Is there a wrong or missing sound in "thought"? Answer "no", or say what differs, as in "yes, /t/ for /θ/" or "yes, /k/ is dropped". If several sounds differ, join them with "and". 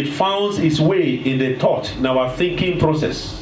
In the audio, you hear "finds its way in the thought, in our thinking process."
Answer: yes, /t/ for /θ/